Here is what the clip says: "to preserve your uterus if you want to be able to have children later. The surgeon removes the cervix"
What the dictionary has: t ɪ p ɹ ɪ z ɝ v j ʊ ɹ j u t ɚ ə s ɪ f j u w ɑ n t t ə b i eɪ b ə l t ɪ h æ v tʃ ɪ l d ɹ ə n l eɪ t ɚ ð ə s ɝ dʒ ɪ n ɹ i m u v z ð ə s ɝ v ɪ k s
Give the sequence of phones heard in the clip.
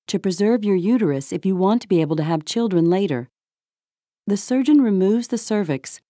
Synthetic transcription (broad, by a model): t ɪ p ɹ ɪ z ɝ v j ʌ ɹ j u t ɚ ə s ɪ f j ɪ w ɑ n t t ə b i eɪ b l t ɪ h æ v tʃ ɪ l d ɹ ə n l eɪ t ɚ ð ə s ɝ dʒ ɪ n ɹ i m u v z ð ə s ɝ v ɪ k s